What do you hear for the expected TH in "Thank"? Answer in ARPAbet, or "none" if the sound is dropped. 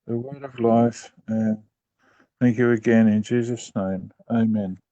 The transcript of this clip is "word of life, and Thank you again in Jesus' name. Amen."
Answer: TH